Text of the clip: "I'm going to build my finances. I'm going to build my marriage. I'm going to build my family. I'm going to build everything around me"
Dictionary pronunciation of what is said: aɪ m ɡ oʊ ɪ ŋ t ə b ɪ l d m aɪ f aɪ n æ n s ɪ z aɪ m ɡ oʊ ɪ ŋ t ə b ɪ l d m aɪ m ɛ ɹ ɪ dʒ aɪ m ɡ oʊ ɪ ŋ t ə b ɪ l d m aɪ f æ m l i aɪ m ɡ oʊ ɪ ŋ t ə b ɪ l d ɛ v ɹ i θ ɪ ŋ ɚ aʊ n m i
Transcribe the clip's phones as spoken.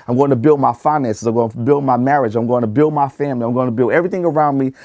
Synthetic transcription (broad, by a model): aɪ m ɡ oʊ ɪ ŋ t ə b ɪ l d m aɪ f aɪ n æ n s ɪ z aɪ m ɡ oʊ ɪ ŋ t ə b ɪ l d m aɪ m ɛ ɹ ɪ dʒ aɪ m ɡ oʊ ɪ ŋ t ə b ɪ l d m aɪ f æ m l i aɪ m ɡ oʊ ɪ t ə b ɪ l d ɛ v ɹ i θ ɪ ŋ ɚ aʊ n m i